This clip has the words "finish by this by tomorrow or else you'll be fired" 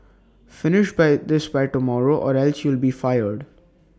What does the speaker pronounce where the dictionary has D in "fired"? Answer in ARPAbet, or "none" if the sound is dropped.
D